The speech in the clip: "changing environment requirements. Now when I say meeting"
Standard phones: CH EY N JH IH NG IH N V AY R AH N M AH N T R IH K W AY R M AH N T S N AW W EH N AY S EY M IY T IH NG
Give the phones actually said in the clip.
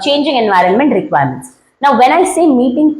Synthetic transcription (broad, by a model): CH EY N JH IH NG IH N V AY R AH N M AH N T R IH K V AY R M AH N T S N AW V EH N AY S EY M IY T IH NG